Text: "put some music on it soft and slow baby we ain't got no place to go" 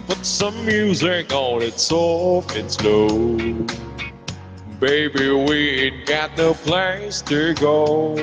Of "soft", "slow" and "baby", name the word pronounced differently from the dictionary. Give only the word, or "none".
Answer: soft